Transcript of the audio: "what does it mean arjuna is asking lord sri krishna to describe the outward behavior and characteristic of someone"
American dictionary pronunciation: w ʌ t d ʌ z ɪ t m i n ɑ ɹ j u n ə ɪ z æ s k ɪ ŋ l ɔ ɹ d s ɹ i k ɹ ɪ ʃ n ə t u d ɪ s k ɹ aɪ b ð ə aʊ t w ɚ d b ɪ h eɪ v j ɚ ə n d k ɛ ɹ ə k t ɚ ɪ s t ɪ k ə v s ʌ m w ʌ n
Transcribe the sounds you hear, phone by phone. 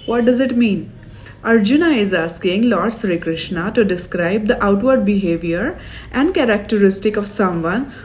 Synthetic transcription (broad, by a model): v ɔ t d ʌ z ɪ t m i n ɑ ɹ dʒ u n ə ɪ z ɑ s k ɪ ŋ l ɔ ɹ d s ɹ i k ɹ ɪ ʃ n ə t u d ɪ s k ɹ aɪ b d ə aʊ t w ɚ d b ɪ h eɪ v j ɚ ə n d k ɛ ɹ ə k t ɚ ɪ s t ɪ k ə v s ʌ m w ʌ n